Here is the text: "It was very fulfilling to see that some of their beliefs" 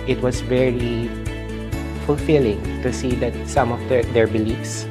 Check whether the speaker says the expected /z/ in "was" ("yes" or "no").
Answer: no